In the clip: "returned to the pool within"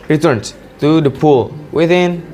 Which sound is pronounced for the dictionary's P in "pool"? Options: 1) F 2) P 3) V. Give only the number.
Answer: 2